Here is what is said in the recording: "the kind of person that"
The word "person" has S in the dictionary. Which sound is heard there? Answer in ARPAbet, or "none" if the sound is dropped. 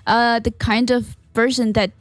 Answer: SH